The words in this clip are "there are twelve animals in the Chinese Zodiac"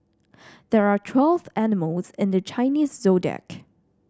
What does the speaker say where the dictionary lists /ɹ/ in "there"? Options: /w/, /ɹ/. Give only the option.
/ɹ/